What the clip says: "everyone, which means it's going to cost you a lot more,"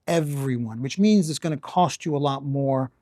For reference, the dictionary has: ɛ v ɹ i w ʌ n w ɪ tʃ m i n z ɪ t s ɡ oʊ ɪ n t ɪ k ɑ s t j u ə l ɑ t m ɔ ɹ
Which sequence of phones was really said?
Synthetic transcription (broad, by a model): ɛ v ɹ i w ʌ n w ɪ tʃ m i n z ɪ t s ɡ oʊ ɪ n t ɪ k ɑ s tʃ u ə l ɑ t m ɔ ɹ